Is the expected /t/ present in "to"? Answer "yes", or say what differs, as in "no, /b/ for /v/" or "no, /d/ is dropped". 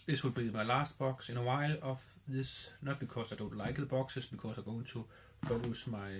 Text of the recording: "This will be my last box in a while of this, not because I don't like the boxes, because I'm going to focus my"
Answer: no, /s/ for /t/